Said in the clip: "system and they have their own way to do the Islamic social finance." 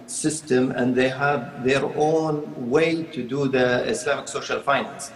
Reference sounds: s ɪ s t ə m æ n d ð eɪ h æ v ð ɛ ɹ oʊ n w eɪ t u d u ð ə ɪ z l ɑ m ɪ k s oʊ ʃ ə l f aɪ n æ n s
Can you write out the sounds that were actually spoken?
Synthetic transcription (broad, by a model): s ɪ s t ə m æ n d ð eɪ h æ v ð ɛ ɹ oʊ n w eɪ t u d u ð ə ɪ s l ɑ m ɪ k s oʊ ʃ ə l f aɪ n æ n s